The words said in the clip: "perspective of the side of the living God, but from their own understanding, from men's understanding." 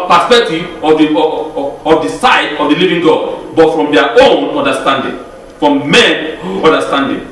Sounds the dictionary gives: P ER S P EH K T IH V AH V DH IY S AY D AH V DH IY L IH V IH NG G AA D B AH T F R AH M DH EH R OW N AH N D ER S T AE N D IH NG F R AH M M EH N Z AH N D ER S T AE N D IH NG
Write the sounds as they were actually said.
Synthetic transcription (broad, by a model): P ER S P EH K T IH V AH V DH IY S AY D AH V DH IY L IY V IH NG G AA D B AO T F R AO M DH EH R OW N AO N D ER S T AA N D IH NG F R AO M M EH N AO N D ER S T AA N D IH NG